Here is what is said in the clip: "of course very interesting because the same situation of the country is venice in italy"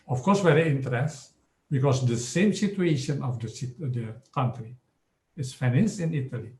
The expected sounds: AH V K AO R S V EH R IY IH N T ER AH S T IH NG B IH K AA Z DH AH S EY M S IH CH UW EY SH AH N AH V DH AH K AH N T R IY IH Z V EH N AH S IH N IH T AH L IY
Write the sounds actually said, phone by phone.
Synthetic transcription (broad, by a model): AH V K AO R S W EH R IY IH N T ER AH T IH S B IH K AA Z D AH S EY M S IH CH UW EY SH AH N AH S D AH K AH N T R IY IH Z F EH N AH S IH N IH T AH L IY